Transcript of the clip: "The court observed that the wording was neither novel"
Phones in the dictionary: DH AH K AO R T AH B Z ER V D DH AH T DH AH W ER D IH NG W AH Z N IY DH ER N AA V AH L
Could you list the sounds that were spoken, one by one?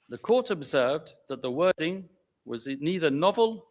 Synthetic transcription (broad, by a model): DH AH K AO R T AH B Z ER V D DH AH T DH AH W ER D IH NG W AH Z N IY DH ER N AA V AH L